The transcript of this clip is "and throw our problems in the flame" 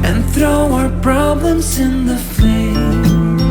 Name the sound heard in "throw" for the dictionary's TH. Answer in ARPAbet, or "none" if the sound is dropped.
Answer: TH